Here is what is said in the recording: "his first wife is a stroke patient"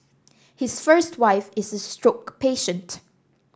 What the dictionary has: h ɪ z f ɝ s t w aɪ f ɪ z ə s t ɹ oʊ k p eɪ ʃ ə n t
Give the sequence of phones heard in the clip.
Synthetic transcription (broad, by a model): h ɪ s f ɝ s t w aɪ f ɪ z ə s t ɹ oʊ k p eɪ ʃ ə n t